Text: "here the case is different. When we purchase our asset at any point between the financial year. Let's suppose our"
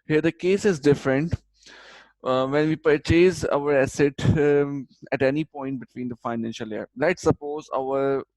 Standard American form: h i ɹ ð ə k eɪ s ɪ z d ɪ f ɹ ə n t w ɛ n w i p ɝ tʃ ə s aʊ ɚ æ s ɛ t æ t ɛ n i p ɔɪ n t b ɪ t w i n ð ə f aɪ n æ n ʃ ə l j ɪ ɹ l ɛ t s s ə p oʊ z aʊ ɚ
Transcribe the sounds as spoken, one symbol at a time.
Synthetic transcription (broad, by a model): h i ɹ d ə k eɪ s ɪ z d ɪ f ɹ ə n t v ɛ n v i p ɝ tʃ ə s aʊ ɚ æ s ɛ t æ t ɛ n i p ɔɪ n t b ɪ t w i n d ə f aɪ n æ n ʃ ə l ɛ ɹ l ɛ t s s ə p oʊ z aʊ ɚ